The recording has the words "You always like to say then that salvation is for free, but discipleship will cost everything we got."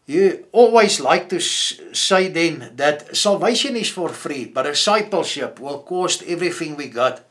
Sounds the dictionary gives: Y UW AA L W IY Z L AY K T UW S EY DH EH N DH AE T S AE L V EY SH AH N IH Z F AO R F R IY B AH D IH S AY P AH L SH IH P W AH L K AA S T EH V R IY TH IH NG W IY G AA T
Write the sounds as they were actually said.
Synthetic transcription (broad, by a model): Y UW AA L W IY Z L AY K T UW S EY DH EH N DH AE T S AE L V EY SH AH N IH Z F AO R F R IY B AH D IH S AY P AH L SH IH P W AH L K AA S T EH V R IY TH IH NG W IY G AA T